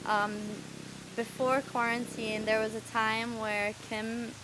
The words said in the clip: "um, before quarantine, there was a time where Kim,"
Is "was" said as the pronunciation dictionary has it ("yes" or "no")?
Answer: yes